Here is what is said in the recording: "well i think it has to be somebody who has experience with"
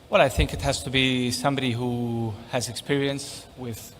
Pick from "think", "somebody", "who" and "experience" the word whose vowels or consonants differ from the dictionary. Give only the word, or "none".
none